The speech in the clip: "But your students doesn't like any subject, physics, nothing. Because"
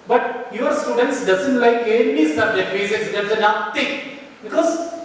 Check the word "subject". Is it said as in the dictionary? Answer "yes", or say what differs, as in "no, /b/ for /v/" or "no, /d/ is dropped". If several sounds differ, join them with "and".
no, /k/ is dropped